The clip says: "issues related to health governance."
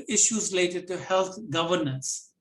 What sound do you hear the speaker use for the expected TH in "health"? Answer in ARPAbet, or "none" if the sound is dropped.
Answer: T